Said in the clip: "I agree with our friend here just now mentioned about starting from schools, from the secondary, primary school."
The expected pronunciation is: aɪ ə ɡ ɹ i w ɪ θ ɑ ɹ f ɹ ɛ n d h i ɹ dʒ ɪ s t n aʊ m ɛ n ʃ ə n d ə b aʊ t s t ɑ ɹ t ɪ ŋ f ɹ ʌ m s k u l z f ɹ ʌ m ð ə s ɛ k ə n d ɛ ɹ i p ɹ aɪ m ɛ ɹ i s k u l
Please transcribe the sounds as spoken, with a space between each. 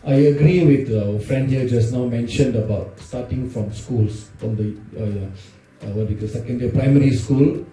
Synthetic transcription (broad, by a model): aɪ ə ɡ ɹ i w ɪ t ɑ f ɹ ɛ n d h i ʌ dʒ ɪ s n aʊ m ɛ n ʃ ə n d ə b aʊ t s t ɑ t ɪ ŋ f ɹ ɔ m s k u l s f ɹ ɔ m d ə s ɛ k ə n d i p ɹ aɪ m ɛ ɹ i s k u l